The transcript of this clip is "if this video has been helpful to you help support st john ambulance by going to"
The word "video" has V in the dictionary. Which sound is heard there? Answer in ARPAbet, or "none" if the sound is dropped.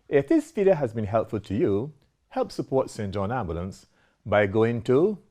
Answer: F